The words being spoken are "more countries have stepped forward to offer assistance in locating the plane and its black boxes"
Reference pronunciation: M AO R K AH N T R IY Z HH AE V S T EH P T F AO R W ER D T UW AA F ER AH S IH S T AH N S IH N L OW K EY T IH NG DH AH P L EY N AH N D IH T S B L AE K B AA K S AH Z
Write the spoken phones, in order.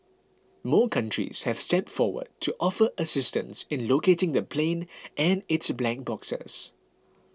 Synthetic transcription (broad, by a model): M AO K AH N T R IY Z HH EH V S T EH T F AO W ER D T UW AA F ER AH S IH S T AH N S IH N L OW K EY T IH NG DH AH P L EY N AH N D IH T S B L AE K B AA K S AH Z